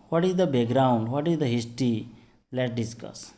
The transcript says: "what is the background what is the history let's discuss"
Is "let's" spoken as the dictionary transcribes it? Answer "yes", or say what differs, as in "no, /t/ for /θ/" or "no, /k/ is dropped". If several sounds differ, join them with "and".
no, /s/ is dropped